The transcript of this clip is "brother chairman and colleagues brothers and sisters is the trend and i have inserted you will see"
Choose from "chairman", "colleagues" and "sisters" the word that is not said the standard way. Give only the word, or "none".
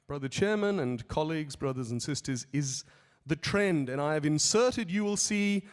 none